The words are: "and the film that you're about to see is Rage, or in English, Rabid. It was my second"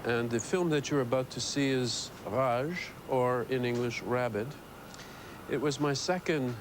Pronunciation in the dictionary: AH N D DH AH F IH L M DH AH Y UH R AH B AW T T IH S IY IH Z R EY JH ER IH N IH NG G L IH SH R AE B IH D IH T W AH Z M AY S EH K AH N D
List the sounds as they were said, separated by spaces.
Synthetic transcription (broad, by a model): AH N DH AH F IH L M DH AH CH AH R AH B AW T T IH S IY IH Z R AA ZH ER IH N IH NG G L IH SH R AE B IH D IH T W AH Z M AY S EH K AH N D